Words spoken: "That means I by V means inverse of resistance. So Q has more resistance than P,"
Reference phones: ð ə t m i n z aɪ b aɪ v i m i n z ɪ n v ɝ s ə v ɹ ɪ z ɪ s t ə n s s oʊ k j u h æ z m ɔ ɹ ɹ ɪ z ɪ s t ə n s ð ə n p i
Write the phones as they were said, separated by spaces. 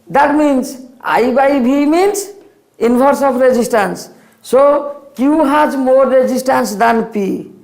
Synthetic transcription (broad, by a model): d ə t m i n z aɪ b aɪ b i m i n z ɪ n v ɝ s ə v ɹ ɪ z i s t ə n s s oʊ k j u h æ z m ɔ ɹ ɹ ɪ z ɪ s t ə n s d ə n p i